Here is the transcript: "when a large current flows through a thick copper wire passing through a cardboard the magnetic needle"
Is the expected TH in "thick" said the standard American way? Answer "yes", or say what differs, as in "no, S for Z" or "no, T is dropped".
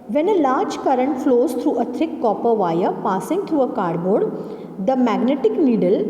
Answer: no, T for TH